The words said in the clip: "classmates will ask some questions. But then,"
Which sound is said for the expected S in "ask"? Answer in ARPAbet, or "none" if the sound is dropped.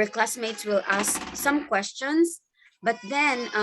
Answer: S